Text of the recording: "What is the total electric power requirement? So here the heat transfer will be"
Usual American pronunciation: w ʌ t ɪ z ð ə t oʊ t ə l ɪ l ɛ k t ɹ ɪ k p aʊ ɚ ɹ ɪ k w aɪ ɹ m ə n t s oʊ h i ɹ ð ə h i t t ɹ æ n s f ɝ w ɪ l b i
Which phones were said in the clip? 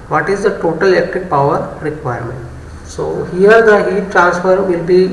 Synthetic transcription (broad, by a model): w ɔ t ɪ z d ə t oʊ t ə l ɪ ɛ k t ɪ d p aʊ ɚ ɹ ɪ k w aɪ ɹ m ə n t s oʊ h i ɹ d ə h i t t ɹ æ n s f ɝ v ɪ l b i